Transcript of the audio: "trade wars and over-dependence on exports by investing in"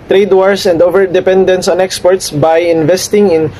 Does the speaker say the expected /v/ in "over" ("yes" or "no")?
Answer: yes